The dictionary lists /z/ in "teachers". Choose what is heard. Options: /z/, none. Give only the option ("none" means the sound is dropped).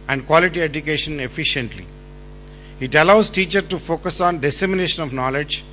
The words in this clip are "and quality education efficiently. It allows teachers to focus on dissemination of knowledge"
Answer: none